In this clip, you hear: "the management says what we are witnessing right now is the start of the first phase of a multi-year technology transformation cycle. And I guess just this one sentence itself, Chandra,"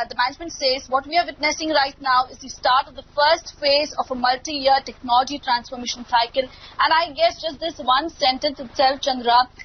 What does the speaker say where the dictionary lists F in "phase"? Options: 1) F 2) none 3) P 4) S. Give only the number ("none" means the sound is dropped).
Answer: 1